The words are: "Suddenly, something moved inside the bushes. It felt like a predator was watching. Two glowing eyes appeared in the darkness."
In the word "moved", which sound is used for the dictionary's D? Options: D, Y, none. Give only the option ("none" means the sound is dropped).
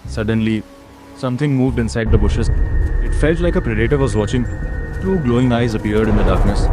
D